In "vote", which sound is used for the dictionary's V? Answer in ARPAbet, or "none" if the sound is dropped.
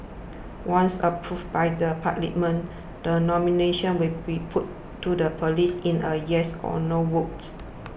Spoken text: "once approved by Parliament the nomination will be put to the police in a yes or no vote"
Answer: W